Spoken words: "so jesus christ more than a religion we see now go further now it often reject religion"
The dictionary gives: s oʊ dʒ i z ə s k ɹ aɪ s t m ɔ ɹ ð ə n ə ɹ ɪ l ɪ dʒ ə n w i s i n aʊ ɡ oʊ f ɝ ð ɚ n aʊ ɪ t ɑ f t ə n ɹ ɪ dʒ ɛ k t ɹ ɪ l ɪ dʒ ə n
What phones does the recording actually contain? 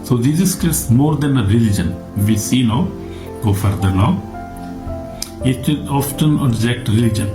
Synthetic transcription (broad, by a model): s oʊ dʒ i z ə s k aɪ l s m ɔ ɹ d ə n ə ɹ ɪ l ɪ dʒ ə n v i s i n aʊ ɡ oʊ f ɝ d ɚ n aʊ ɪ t ɑ f t ə n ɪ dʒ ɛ k t ɹ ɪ l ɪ dʒ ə n